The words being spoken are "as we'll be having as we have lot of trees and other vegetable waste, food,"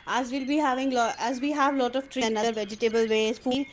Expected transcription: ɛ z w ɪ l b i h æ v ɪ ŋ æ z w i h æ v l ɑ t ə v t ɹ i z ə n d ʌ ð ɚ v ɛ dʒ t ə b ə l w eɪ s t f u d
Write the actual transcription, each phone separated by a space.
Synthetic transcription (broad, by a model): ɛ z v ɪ l b i h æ v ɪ ŋ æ z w i h æ v l ɑ t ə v t ɹ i ə n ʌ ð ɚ v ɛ dʒ t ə b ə l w eɪ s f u